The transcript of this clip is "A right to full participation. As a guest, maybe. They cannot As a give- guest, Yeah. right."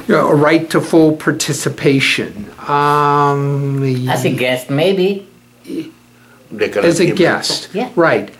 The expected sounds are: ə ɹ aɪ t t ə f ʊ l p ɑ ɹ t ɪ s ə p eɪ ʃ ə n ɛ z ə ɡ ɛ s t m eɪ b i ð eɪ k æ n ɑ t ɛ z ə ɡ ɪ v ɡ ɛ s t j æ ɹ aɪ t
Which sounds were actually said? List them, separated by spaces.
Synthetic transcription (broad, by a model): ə ɹ aɪ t t ə f ʊ l p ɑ ɹ t ɪ s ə p eɪ ʃ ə n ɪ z ə ɡ ɛ s t m eɪ b i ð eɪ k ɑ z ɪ ɡ ɛ s t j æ ɹ aɪ t